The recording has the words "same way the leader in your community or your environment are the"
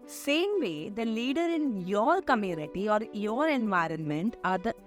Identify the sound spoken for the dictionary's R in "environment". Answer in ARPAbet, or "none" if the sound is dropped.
R